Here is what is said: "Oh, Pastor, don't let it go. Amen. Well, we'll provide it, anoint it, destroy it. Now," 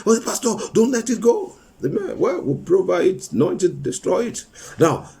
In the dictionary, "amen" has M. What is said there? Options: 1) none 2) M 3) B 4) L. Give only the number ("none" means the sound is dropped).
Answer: 2